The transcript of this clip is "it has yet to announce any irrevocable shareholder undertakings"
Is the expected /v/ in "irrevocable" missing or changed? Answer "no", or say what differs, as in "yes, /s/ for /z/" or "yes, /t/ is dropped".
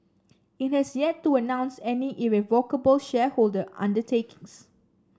no